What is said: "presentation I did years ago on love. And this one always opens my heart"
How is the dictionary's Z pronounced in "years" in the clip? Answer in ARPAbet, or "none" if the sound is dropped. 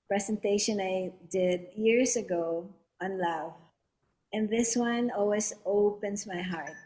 S